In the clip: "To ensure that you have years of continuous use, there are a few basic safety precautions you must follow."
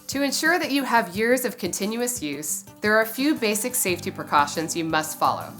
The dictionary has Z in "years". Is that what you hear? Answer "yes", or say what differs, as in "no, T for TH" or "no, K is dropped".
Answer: yes